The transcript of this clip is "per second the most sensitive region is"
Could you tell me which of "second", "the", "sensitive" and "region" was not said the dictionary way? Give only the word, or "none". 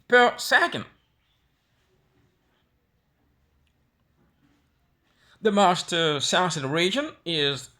sensitive